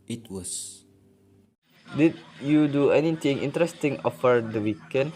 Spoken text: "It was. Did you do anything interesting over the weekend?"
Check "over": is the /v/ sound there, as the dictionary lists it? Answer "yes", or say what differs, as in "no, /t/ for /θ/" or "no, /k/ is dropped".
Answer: no, /f/ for /v/